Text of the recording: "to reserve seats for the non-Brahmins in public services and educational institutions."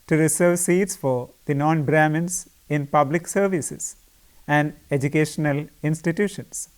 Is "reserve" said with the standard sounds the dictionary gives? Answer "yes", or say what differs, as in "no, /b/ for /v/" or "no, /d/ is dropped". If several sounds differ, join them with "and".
no, /s/ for /z/